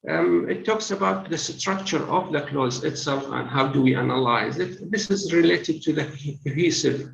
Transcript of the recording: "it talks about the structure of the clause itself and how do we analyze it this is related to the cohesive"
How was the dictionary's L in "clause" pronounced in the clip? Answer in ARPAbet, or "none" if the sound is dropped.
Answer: L